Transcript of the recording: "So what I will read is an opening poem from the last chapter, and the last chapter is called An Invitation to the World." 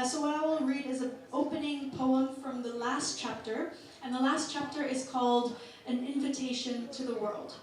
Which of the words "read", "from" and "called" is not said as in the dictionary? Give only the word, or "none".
none